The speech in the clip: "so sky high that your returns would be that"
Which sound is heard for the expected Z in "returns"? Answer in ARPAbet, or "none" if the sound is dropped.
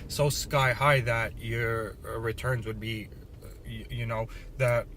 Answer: Z